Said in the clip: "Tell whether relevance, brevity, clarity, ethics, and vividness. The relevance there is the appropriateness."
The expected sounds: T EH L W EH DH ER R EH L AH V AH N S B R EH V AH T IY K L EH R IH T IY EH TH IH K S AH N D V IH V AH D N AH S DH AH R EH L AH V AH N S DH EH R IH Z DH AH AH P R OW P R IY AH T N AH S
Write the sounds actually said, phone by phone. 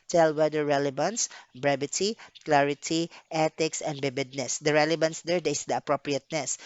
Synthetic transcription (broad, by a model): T EH L W EH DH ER R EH L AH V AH N S B R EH B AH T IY K L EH R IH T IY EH T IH K S AH N D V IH B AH D N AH S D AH R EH L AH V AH N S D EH R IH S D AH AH P R OW P R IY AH T N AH S